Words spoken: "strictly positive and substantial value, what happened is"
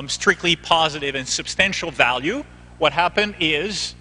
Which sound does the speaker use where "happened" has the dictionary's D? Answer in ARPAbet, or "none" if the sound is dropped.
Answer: D